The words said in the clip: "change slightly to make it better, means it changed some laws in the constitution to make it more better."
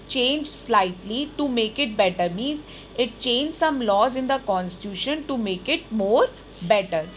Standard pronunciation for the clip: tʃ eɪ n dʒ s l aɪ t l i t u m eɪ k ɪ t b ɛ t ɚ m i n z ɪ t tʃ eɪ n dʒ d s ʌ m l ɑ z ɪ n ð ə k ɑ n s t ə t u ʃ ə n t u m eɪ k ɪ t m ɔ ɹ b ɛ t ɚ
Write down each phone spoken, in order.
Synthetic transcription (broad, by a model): tʃ eɪ n dʒ s l aɪ t l i t u m eɪ k ɪ t b ɛ t ɚ m i n z ɪ t tʃ eɪ n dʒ s ʌ m l ɑ z ɪ n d ə k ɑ n s t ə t u ʃ ə n t u m eɪ k ɪ t m ɔ ɹ b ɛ t ɚ